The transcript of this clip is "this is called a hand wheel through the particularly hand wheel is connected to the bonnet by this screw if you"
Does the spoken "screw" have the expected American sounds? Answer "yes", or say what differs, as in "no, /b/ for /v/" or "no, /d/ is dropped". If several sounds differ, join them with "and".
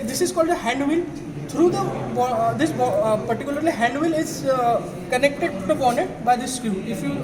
no, /ɹ/ is dropped